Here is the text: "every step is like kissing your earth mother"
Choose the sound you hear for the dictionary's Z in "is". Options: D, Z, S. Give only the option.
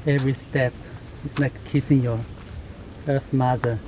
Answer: S